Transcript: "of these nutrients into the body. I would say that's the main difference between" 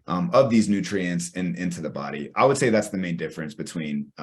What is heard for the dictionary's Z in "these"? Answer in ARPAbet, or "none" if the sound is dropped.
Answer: Z